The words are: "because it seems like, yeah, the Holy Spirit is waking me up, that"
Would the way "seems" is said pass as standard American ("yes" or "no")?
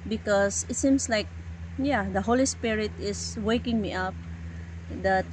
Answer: no